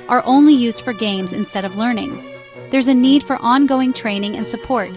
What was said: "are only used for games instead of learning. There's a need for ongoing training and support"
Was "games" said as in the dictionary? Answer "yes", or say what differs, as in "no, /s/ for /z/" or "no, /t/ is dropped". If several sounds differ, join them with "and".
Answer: yes